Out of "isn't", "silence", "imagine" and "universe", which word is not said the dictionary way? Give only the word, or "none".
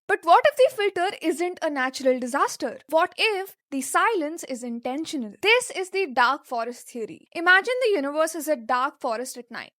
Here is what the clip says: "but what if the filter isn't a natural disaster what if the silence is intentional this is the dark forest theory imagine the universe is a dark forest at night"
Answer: none